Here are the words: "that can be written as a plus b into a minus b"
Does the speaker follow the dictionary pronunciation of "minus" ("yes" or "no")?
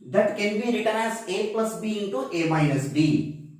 no